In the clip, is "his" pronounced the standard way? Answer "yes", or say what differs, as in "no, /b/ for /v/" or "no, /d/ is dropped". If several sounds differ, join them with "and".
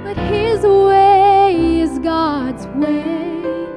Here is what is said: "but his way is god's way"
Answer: yes